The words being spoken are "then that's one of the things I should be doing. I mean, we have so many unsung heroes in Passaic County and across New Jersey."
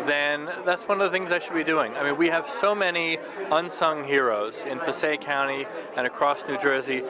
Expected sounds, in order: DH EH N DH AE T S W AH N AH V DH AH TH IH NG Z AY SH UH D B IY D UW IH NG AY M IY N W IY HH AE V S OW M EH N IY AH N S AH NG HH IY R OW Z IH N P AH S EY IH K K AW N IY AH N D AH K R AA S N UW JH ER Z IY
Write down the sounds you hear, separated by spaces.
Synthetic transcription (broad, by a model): DH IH N DH AE T S W AH N AH V DH AH TH IH NG Z AY SH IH D B IY D UW IH NG AY M IY N W IY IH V S OW M EH N IY AH N S AH NG HH IY R OW Z IH N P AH S EY IH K K AW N IY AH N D AH K R AA S N UW JH ER Z IY